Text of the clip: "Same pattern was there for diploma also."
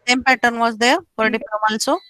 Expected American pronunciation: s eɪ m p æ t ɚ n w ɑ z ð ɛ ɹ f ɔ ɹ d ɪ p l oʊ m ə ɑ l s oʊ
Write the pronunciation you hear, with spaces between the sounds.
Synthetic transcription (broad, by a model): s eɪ m p æ t ɚ n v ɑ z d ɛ ɹ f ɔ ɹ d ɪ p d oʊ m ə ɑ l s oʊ